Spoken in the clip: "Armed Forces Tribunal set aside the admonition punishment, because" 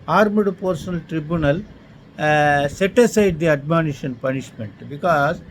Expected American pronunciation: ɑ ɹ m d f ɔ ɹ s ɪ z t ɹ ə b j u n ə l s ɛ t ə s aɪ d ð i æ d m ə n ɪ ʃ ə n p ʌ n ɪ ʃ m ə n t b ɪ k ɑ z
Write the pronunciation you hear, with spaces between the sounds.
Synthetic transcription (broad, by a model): ɑ ɹ m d p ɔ ɹ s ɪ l t ɹ ə b j u n ə l s ɛ t ə s aɪ d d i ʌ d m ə n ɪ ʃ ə n p ʌ n ɪ ʃ m ə n t b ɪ k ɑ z